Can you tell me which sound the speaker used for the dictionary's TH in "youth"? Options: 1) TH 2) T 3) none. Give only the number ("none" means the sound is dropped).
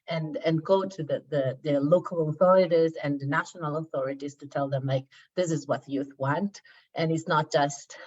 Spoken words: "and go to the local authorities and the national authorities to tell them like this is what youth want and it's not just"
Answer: 1